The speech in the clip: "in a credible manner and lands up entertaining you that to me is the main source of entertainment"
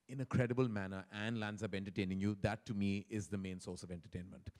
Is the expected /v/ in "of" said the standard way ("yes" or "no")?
yes